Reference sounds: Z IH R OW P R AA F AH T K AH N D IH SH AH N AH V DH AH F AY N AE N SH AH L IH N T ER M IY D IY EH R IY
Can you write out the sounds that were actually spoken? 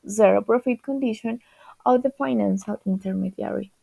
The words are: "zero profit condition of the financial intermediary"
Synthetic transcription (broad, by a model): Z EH R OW P R AA F AH T K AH N D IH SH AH N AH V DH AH F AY N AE N S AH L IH N T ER M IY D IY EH R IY